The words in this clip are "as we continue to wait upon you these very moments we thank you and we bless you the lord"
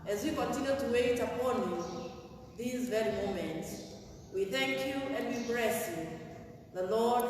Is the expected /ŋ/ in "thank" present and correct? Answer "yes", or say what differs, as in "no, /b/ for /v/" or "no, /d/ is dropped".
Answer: yes